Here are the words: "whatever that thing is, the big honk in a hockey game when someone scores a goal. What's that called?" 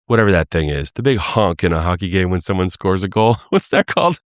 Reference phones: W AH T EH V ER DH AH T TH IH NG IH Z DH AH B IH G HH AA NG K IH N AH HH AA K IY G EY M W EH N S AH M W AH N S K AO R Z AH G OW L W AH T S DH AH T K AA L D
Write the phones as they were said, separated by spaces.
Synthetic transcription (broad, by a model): W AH T EH V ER DH AH T TH IH NG IH Z DH AH B IH G HH AA NG K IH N AH HH AA K IY G EY M W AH N S AH M W AH N S K AO R Z AH G OW L W AH T S DH AH T K AA L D